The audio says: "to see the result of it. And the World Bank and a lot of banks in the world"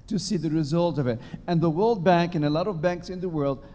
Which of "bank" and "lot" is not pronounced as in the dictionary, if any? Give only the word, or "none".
none